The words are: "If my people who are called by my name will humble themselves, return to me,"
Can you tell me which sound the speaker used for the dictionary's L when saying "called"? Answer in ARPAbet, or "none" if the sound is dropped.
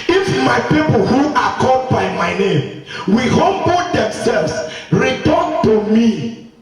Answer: none